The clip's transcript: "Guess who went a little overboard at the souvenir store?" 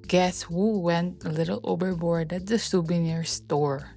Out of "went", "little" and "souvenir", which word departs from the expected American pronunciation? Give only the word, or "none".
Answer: souvenir